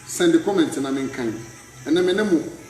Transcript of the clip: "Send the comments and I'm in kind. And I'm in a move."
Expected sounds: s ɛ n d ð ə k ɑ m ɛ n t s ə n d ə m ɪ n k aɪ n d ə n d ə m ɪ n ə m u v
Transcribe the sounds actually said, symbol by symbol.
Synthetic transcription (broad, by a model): s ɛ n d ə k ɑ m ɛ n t ə n ə m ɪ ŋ k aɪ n ə n ə m ɪ n ə m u